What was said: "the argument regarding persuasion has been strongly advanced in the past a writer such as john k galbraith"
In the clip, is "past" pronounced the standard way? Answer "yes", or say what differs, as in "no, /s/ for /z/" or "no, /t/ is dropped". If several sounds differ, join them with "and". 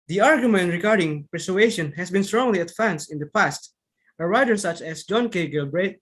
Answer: yes